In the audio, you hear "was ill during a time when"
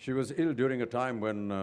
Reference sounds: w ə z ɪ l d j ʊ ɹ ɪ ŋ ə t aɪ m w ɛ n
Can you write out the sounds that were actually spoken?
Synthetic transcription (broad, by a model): w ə z ɪ l d j ʊ ɹ ɪ ŋ ə t aɪ m w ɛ n